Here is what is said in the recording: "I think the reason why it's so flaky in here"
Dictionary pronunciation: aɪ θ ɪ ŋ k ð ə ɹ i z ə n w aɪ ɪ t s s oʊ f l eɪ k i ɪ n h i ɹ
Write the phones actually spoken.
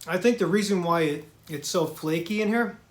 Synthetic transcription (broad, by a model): aɪ θ ɪ ŋ k ð ə ɹ i z ə n w aɪ ɪ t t s oʊ f l eɪ k i ɪ n h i ɹ